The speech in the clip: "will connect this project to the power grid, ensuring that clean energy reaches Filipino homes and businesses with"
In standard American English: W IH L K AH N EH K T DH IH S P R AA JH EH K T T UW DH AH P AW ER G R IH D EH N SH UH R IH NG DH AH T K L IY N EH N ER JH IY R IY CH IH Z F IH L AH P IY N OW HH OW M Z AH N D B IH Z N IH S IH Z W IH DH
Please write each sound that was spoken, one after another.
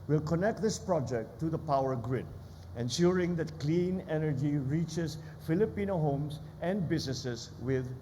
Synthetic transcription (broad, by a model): W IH L K AH N EH K T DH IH S P R AA JH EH K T T UW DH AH P AW ER G R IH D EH N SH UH R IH NG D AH T K L IY N EH N ER JH IY R IY CH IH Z F IH L AH P IY N OW HH OW M S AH N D B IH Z N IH S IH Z W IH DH